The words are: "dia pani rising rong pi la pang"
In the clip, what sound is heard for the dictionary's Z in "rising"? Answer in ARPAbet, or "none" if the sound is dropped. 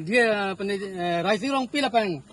S